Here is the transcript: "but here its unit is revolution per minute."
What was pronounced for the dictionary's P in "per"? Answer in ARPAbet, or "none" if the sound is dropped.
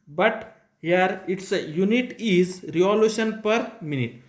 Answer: P